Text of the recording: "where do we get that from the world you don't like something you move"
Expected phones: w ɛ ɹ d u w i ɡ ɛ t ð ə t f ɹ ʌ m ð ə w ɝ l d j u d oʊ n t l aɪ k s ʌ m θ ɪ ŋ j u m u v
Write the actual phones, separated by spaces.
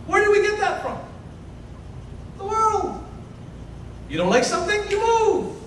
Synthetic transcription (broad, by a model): w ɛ ɹ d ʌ w i ɡ ɛ t ð ə t f ɹ ʌ m ð ə w ɝ l d j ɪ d oʊ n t l aɪ k s ʌ m θ ɪ ŋ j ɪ m u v